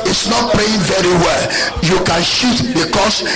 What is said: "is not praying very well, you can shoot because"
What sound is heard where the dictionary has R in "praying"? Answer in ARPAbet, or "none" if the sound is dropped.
L